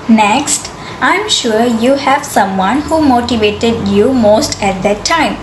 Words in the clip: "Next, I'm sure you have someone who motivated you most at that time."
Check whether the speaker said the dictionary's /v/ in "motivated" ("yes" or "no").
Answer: yes